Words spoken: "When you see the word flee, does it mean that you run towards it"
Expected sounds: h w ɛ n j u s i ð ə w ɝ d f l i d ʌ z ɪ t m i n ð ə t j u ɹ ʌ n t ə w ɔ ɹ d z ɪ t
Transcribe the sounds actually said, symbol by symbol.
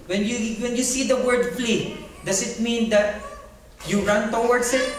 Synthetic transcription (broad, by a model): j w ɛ n j u s i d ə w ɝ d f l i d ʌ s ɪ t m i n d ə t j u ɹ ʌ n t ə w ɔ ɹ d s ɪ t